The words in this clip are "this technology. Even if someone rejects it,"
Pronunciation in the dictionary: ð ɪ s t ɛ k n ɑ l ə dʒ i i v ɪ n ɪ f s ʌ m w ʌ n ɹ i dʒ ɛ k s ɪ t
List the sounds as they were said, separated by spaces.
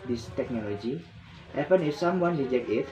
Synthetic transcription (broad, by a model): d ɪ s t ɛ k n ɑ l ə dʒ i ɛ p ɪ n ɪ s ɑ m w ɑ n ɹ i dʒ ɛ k ɪ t